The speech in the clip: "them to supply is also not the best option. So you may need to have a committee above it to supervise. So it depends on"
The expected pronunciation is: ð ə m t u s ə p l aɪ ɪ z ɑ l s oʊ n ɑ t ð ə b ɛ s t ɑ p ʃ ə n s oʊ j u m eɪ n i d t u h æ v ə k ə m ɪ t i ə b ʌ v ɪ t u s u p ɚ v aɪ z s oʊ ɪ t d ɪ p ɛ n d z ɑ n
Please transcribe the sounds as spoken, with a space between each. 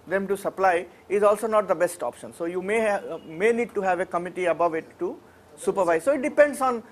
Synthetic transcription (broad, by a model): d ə m t u s ə p l aɪ ɪ z ɑ l s oʊ n ɑ t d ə b ɛ s t ɑ p ʃ ə n s oʊ j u m eɪ n i d t u h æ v ə k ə m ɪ t i ə b ʌ v ɪ t u s u p ɚ v aɪ z s oʊ ɪ t d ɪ p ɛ n d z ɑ n